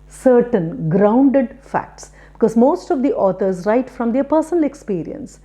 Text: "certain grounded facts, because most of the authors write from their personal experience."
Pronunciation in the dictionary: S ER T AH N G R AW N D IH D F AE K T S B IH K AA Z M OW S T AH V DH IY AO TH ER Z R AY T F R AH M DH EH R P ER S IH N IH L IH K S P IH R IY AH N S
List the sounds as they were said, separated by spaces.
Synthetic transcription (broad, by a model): S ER T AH N G R AW N D IH D F AE K T S B IH K AA Z M OW S T AH V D IY AO T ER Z R AY T F R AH M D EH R P ER S IH N IH L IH K S P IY R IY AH N S